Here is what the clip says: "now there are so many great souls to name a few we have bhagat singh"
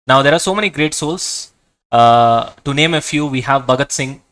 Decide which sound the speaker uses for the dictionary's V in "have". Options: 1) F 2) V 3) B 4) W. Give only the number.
2